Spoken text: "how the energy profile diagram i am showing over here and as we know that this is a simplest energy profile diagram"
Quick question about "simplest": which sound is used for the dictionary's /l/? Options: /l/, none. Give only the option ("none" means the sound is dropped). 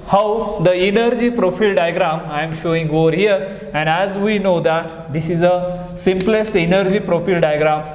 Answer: /l/